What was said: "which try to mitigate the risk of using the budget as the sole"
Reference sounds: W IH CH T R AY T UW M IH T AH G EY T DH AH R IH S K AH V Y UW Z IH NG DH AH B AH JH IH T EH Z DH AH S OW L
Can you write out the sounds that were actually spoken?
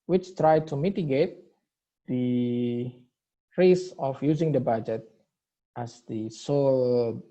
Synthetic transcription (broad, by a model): W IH CH T R AY T UW M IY T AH G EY T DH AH R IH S AH F Y UW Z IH NG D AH B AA JH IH T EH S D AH S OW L